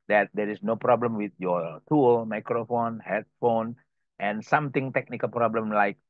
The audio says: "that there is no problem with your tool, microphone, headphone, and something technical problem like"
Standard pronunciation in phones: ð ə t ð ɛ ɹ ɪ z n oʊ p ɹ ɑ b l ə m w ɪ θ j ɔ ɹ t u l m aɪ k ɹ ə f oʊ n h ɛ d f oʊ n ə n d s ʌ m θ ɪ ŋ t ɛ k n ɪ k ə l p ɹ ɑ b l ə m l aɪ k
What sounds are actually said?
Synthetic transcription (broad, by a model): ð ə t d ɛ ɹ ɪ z n oʊ p ɹ ɑ b l ə m w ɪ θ j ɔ t u l m aɪ k ɹ ə f oʊ n h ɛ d f oʊ n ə n s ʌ m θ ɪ ŋ t ɛ k n ɪ k ə l p ɹ ɑ b l ə m l aɪ k